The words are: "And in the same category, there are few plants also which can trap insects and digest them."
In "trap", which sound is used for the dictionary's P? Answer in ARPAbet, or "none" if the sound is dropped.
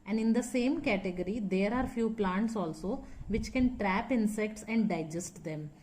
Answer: P